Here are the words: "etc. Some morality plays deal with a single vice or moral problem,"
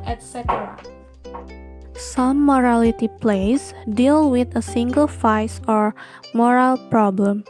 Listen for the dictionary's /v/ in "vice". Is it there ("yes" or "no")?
no